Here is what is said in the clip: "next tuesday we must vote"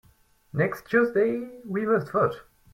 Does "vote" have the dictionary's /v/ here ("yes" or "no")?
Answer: no